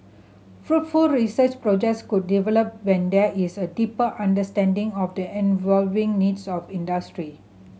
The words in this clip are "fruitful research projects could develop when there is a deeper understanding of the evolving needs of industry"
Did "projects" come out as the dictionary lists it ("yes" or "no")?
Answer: yes